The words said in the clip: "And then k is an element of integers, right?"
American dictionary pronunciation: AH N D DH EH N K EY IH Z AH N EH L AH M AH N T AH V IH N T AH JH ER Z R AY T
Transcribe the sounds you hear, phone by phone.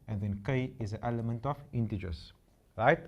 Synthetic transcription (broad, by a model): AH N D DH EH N K EY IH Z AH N EH L AH M AH N T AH F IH N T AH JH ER S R AY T